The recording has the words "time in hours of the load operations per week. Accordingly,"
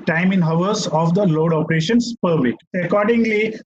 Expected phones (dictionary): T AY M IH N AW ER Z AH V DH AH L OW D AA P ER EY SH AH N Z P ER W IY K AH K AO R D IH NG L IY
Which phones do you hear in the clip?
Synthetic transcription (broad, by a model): T AY M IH N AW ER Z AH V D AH L OW D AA P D EY SH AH N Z P ER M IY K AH K AO R D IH NG L IY